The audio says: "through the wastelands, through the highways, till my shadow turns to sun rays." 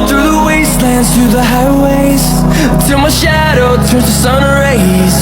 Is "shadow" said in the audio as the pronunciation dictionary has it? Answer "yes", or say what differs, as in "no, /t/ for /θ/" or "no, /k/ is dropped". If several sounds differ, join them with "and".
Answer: yes